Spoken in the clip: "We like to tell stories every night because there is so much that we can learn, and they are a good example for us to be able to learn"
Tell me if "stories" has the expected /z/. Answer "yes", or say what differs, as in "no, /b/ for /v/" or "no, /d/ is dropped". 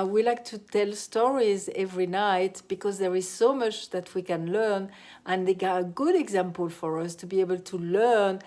yes